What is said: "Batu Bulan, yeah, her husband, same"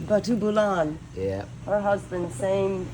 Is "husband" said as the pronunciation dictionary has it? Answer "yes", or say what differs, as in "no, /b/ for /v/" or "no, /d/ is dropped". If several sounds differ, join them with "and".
yes